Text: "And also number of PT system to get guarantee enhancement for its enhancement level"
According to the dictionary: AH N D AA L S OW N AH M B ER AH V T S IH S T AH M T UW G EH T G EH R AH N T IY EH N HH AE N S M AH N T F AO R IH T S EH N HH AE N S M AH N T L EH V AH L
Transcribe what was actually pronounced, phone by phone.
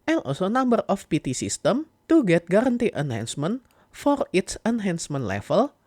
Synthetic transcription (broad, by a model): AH N AA L S OW N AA M B ER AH P T S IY S T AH M T UW G EH T G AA R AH N T IY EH N HH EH N S M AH N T F AO R IH T S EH N HH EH N S M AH N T L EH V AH L